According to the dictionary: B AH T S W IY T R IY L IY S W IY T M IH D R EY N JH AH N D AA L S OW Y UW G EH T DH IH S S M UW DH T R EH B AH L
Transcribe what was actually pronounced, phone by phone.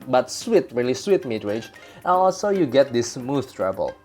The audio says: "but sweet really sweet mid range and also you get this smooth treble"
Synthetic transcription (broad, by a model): B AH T S W IY T R IY L IY S W IY T M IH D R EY JH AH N AA L S OW Y UW G EH T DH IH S S M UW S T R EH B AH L